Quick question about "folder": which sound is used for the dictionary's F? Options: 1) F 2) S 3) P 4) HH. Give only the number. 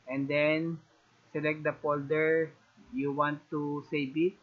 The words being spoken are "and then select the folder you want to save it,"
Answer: 3